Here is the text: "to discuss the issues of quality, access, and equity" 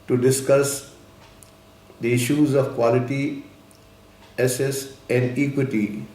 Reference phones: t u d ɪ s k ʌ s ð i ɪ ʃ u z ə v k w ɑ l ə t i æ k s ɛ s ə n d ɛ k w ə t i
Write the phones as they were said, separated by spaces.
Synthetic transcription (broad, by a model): t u d ɪ s k ʌ s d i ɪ ʃ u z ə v k w ɑ l ə t i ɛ s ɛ s ə n d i k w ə t i